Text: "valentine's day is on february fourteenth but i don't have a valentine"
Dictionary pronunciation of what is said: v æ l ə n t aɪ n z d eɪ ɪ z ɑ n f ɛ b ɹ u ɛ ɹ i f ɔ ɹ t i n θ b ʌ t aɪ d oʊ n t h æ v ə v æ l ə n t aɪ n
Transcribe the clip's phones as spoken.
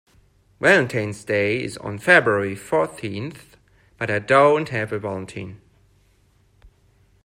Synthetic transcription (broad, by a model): w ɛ l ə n t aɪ n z d eɪ ɪ z n f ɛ b ɹ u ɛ ɹ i f ɔ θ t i n θ b ʌ t aɪ d oʊ n t h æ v ə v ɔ l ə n t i n